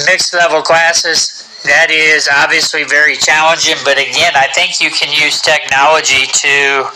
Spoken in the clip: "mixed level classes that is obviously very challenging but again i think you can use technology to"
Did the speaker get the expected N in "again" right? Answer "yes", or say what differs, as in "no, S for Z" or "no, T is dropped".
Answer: yes